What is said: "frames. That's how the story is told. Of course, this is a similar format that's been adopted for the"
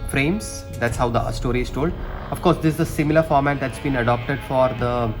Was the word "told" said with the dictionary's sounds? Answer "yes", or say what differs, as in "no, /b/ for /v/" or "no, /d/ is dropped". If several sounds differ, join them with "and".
yes